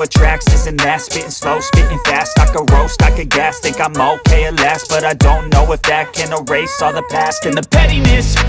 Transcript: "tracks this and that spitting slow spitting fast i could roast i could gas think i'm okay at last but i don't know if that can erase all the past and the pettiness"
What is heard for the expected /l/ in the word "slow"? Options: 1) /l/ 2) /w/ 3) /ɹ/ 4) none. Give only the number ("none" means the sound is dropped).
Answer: 1